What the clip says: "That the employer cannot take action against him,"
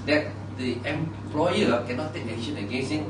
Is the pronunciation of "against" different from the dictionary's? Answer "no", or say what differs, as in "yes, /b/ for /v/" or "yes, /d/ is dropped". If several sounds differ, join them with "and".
yes, /t/ is dropped